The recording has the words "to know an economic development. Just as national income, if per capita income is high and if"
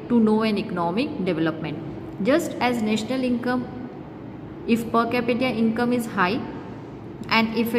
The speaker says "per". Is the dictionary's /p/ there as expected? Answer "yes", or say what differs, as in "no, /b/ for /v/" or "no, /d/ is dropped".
yes